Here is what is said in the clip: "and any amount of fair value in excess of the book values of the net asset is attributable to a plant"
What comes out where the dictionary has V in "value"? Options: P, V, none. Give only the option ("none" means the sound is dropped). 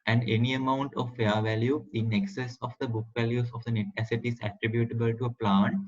V